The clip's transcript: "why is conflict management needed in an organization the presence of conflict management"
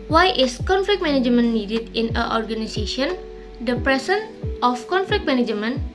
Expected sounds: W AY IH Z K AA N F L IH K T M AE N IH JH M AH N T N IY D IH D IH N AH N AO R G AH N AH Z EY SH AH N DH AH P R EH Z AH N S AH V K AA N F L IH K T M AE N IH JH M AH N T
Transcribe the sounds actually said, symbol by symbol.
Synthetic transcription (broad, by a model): W AY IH S K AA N F L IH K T M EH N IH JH M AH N N IY D IH D IH N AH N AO R G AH N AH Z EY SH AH N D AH P R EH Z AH N AH F K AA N F L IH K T M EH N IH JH M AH N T